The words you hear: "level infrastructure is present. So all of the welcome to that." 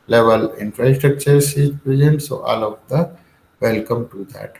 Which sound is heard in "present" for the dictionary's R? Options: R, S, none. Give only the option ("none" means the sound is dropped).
none